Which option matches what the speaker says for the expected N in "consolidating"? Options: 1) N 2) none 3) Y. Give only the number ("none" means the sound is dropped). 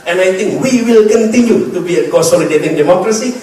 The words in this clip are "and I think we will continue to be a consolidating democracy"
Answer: 2